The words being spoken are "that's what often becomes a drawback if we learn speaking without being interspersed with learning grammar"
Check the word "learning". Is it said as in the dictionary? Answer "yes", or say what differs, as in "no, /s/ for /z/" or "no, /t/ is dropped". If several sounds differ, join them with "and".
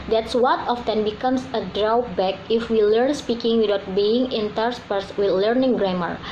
yes